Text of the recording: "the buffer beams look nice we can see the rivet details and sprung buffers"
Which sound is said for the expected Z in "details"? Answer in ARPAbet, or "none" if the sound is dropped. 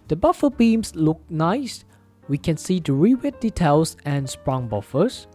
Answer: S